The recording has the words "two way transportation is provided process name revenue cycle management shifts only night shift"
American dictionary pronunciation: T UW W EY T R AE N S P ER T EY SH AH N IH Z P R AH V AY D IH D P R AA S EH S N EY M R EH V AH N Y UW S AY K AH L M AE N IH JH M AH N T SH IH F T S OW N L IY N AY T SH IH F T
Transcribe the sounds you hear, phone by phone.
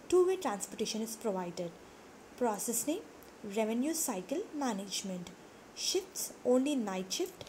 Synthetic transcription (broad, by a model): T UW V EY T R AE N S P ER T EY SH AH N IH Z P R AH V AY D IH D P R AA S EH S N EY R EH V AH N Y UW S AY K AH L M AE N IH JH M AH N T SH IH F T S OW N L IY N AY T SH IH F T